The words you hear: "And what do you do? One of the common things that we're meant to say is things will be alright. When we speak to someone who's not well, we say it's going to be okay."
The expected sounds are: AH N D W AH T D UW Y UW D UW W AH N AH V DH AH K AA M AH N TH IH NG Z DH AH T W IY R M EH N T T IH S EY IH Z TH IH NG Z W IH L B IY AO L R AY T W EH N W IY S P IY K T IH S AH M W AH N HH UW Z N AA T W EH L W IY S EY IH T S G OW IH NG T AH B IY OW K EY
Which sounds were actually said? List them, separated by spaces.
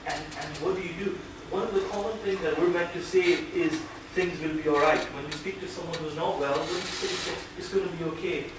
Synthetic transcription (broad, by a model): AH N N W AH T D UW Y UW D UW W AH N AH V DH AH K AA M AH N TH IH NG Z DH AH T W IY R M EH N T T IH S EY IH Z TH IH NG Z W IH L B IY AO L R AY T W EH N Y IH S P IY K T IH S AH M W AH N HH UW Z N AA T W EH L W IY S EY IH T S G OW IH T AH B IY OW K EY